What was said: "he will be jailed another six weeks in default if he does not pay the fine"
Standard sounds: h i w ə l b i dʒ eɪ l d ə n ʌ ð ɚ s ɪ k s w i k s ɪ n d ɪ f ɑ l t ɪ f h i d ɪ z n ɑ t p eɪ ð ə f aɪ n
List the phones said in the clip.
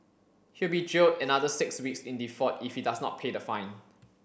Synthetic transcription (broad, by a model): h i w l b i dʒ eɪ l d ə n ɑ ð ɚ s ɪ k s w i k s ɪ n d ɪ f ɑ t ɪ f h i d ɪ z n ɑ t p eɪ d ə f aɪ n